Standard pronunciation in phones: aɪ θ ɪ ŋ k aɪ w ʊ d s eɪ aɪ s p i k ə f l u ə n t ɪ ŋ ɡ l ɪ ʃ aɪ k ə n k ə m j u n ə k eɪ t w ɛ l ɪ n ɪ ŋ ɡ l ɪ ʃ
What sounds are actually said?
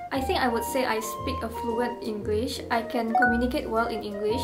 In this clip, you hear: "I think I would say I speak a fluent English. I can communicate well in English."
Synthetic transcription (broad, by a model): aɪ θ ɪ ŋ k aɪ w ʊ d s eɪ aɪ s p i k ə f l u ə n t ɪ ŋ ɡ l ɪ ʃ aɪ k ə n k ə m j u n ə k eɪ t w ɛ l ɪ n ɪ ŋ ɡ l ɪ ʃ